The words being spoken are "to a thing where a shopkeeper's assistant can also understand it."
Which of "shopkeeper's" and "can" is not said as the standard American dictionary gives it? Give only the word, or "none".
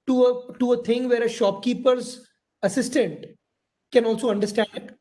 none